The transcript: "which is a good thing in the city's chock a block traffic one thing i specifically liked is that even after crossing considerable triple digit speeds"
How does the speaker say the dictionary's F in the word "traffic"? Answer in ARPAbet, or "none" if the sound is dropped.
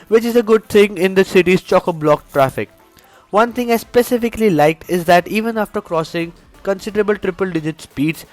F